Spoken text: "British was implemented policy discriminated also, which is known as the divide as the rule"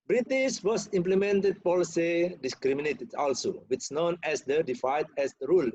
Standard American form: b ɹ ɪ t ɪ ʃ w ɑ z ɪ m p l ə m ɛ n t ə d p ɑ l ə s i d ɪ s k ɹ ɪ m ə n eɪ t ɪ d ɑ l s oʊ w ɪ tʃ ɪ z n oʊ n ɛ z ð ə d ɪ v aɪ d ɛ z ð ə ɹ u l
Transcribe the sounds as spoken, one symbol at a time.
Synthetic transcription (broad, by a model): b ɹ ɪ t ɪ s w ɑ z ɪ m p l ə m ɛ n t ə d p ɑ l ə s i d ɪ s k ɹ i m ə n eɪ t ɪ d ɑ l s oʊ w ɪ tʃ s n oʊ n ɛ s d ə d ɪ f aɪ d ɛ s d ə ɹ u l